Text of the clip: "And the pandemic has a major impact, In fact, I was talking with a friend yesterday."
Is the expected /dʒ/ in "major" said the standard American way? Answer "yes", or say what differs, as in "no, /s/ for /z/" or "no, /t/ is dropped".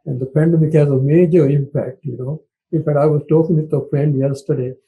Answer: yes